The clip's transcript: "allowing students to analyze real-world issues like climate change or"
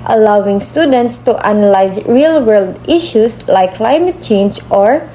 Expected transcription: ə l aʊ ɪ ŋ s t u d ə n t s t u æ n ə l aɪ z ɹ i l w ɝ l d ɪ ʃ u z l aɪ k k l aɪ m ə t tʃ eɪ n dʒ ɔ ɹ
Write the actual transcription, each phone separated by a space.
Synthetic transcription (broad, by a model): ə l aʊ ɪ ŋ s t u d ə n t s t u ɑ n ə l aɪ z ɹ i l w ɝ l d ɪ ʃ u s l aɪ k k l aɪ m ə t tʃ eɪ n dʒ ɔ ɹ